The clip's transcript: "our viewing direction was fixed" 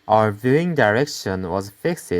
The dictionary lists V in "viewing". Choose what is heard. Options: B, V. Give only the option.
V